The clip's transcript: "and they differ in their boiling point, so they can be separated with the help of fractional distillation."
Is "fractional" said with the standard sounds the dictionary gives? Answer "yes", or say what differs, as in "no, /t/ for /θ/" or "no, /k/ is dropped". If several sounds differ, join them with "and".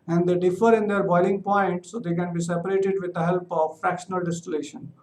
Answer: yes